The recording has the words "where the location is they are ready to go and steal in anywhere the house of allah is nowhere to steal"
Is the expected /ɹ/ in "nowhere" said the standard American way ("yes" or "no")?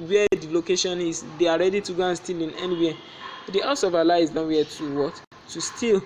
no